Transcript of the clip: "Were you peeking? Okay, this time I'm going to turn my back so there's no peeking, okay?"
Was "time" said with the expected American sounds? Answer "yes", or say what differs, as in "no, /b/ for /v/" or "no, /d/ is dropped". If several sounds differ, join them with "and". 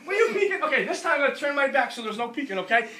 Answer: no, /m/ is dropped